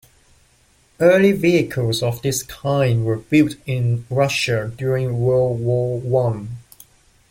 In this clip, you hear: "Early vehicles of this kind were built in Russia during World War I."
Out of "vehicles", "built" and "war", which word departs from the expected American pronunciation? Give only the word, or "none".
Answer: war